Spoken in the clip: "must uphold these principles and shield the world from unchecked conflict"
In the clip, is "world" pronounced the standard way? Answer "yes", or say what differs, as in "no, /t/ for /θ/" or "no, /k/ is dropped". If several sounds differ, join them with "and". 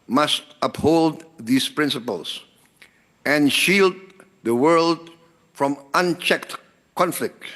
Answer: yes